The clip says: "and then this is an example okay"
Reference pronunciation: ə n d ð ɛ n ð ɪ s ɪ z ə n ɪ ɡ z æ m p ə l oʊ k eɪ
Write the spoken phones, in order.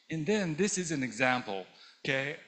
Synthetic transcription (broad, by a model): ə n ð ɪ n ð ɪ s ɪ z ə n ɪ ɡ z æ m p l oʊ k eɪ